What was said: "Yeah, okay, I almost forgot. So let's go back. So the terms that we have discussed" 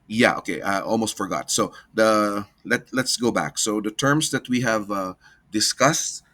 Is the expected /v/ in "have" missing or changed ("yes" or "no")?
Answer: no